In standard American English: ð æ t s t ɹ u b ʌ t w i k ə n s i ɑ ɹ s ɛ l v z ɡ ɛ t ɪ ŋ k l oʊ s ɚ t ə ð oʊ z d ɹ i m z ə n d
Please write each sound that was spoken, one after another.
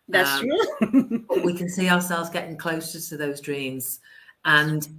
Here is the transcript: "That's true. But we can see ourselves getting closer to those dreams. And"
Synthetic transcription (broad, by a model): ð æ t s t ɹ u b ʌ t w i k ə n s i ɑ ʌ s ɛ l v z ɡ ɛ t ɪ ŋ k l oʊ s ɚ t ə ð oʊ z d ɹ i m z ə n